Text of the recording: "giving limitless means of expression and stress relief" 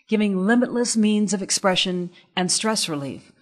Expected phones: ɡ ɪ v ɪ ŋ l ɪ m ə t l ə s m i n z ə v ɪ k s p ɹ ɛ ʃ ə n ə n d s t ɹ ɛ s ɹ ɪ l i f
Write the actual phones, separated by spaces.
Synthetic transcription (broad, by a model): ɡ ɪ v ɪ ŋ l ɪ m ə t l ə s m i n z ə v ɪ k s p ɹ ɛ ʃ ə n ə n s t ɹ ɛ s ɹ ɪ l i f